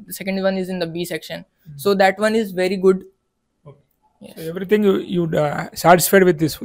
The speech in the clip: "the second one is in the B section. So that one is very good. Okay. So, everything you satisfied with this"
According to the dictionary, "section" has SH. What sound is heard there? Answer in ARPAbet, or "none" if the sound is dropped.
SH